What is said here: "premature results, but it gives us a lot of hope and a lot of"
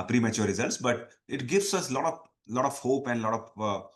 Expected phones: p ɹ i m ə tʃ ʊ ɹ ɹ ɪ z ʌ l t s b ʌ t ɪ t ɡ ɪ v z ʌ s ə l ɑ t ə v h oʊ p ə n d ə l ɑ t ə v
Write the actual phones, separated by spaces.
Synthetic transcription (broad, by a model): p ɹ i m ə tʃ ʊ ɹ ɹ ɪ z ʌ l t s b ʌ t ɪ t ɡ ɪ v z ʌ s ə l ɑ t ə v h oʊ p ə n d l ɑ t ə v